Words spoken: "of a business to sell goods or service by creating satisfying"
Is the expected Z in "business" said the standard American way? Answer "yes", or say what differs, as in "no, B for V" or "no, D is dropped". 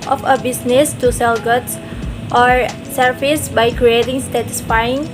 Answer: no, S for Z